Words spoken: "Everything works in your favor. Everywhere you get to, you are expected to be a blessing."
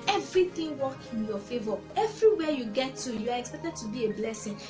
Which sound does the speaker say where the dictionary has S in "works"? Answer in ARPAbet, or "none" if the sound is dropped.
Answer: none